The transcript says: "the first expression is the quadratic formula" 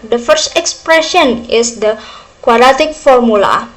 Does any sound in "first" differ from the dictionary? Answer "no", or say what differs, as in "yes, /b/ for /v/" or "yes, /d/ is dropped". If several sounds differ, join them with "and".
no